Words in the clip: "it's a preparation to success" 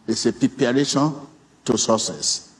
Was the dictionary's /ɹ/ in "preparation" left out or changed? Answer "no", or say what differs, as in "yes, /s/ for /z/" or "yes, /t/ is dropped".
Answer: yes, /ɹ/ is dropped